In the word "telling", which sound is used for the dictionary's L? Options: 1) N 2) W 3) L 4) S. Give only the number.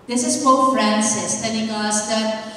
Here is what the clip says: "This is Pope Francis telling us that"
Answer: 1